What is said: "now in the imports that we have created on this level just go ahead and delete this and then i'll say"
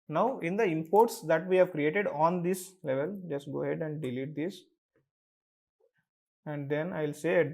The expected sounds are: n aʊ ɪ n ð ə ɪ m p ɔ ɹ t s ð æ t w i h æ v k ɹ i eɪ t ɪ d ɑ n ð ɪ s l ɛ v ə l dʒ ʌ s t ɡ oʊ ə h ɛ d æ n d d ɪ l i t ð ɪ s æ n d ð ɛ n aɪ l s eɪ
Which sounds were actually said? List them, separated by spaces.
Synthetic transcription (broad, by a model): n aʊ ɪ n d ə ɪ m p ɔ ɹ t s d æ t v i h æ v k ɹ i eɪ t ɪ d ɑ n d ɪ s l ɛ v ə l dʒ ʌ s t ɡ oʊ h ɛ d æ n d d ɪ l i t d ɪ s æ n d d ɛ n aɪ l s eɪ